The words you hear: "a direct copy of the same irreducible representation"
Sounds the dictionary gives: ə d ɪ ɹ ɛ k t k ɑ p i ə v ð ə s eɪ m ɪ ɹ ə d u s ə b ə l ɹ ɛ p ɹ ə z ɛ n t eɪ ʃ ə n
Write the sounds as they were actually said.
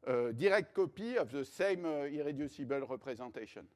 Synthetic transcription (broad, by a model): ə d ɪ ɹ ɛ k t k ɑ p i ə v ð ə s eɪ m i ɹ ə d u s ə b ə l ɹ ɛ p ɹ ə z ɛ t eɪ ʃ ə n